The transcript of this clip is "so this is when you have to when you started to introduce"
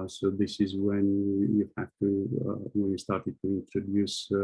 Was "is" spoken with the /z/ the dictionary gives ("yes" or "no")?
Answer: yes